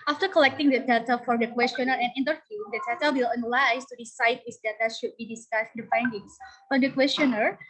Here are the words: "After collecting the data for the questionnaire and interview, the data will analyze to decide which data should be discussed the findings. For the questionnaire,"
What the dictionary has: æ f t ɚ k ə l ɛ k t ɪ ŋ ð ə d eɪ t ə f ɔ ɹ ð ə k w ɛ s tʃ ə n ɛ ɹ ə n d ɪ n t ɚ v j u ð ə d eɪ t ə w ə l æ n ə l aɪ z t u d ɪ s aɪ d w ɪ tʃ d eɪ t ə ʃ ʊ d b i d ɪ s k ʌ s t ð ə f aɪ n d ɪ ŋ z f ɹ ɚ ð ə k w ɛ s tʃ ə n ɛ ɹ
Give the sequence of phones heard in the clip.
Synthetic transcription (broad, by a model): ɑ f t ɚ k ə l ɛ k t ɪ ŋ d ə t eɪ t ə f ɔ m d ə k w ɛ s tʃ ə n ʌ ɹ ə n ɪ n t ɚ v j u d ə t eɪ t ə w ə l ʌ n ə l aɪ s t u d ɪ s aɪ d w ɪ s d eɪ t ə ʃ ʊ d b i d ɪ s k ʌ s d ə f aɪ n d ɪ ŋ s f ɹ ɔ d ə k w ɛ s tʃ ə n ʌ ɹ